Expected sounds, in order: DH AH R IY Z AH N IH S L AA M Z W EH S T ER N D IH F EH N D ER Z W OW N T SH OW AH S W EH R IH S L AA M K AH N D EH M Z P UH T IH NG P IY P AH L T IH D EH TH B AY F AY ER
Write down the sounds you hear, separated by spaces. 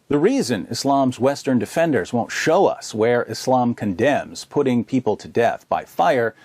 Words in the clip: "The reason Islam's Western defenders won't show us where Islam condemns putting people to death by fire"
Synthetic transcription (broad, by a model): DH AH R IY Z AH N IH S L AA M Z W EH S T ER N D IH F EH N D ER Z W OW N T SH OW AH S W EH R IH S L AA M K AH N D EH M Z P UH T IH NG P IY P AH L T IH D EH TH B AY F AY ER